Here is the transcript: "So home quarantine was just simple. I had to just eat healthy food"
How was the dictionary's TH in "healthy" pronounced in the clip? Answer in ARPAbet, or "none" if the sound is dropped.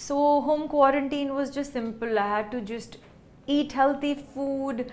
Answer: T